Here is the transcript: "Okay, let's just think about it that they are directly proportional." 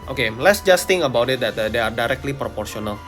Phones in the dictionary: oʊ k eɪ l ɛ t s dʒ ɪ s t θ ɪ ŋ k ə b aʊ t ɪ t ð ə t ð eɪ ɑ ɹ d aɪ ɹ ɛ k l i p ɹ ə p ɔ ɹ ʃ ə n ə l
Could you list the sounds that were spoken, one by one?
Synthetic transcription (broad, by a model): oʊ k eɪ l ɛ t s dʒ ɪ s t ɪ ŋ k ə b aʊ t ɪ t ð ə t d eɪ ɑ ɹ d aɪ ɹ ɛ k l i p ɹ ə p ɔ ɹ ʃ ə n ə l